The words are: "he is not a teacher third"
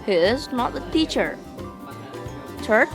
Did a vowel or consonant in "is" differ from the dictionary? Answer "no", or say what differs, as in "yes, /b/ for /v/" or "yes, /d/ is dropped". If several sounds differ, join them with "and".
no